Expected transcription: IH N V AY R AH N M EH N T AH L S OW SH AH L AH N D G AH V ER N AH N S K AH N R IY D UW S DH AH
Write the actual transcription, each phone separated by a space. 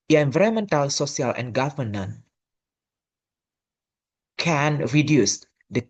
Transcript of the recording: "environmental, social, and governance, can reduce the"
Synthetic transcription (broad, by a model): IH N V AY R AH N M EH N T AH L S OW S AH L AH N G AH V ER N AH N K AH N R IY D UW S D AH